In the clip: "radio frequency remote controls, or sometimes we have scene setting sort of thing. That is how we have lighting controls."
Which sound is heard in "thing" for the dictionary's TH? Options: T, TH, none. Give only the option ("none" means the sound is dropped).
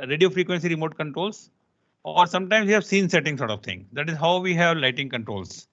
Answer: T